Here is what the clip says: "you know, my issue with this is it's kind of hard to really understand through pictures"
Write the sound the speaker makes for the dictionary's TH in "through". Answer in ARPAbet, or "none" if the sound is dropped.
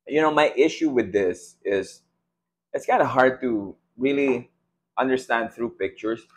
TH